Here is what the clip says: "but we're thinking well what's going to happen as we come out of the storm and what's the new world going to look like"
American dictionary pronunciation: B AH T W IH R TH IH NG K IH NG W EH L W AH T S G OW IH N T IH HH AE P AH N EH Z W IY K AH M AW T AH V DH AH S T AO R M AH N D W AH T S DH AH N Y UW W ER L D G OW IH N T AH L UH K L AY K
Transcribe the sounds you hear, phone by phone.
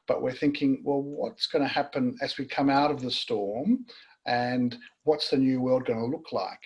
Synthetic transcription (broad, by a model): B AH T W IH R TH IH NG K IH NG W EH L W AH T S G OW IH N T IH HH AE P AH N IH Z W IY K AH M AW T AH V DH AH S T AO R M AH N W AH T S DH AH N Y UW W ER L D G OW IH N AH L UH K L AY K